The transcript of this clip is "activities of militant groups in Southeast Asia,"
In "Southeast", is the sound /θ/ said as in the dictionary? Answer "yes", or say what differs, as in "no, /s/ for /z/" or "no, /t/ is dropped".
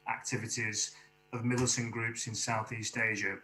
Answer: yes